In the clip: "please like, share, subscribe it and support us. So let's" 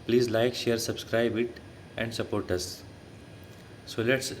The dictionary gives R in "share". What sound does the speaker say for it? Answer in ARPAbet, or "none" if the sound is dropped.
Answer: R